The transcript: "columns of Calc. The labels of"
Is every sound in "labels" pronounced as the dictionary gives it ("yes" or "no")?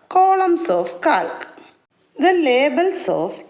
no